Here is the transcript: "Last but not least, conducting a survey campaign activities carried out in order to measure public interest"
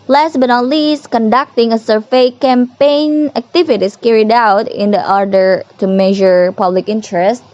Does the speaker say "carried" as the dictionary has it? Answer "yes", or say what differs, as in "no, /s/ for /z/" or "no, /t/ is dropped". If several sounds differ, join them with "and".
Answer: yes